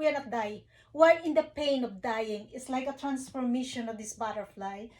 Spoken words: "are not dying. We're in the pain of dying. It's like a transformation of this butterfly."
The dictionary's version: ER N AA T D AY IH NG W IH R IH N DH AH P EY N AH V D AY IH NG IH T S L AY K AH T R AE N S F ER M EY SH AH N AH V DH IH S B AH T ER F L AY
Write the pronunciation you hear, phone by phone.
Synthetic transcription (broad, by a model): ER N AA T D AY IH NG W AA L IH N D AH P EY N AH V D AY IH NG IH T S L AY K AH T R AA N S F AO M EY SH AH N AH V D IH S B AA T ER F L AY